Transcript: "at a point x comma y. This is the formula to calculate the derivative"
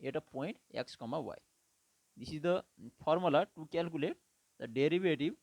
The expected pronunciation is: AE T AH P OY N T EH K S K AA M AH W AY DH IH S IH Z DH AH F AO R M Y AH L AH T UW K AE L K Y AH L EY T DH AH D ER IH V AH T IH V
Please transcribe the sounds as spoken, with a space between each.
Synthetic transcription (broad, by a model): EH T AH P OY N T EH K S K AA M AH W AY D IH S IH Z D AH P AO R M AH L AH T UW K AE L K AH L EY T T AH D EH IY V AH T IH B